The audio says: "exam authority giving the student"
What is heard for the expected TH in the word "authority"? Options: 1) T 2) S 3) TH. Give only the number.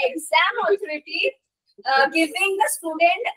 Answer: 1